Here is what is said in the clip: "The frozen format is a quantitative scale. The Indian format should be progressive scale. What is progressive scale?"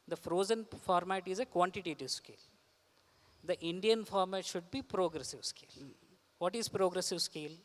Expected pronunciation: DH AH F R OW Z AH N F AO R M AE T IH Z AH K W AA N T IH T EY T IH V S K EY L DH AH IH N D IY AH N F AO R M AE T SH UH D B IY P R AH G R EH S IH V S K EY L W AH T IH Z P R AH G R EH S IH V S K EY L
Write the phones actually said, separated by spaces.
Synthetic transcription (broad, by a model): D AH F R OW Z AH N F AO R M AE T IH Z AH K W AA N T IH T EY T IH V S K EY L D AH IH N D IY AH N F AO R M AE T SH UH D B IY P R AH G R EH S IH V S K EY L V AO T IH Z P R AH G R EH S IH V S K EY L